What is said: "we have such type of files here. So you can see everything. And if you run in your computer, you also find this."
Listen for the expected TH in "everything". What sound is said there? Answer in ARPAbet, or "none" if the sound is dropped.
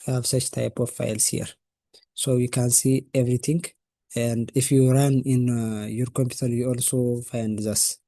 T